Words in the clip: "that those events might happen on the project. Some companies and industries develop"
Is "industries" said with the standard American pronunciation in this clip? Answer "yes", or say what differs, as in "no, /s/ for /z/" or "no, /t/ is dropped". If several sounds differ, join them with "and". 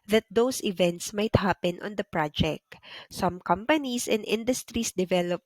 no, /s/ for /z/